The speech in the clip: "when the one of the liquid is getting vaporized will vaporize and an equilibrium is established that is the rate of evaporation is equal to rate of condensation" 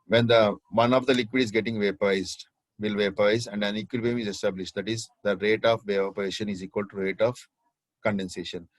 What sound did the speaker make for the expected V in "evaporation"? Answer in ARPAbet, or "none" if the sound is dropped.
none